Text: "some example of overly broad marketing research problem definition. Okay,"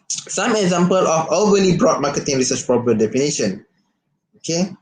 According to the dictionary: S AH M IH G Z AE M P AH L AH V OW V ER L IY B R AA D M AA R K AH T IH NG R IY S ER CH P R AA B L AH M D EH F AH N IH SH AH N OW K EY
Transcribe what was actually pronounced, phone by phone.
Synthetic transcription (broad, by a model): S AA M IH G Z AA M P AH L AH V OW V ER L IY B R AA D M AA K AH T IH NG R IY S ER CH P R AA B AH D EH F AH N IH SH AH N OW K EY